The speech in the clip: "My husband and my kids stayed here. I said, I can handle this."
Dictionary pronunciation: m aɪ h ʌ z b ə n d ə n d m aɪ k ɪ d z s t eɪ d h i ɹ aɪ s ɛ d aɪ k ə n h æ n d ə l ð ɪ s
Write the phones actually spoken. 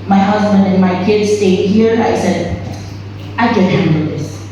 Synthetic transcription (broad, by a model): m aɪ h ʌ z b ə n d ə n m aɪ k ɪ d z s t eɪ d h i ɹ aɪ s ɛ d aɪ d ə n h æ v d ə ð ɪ s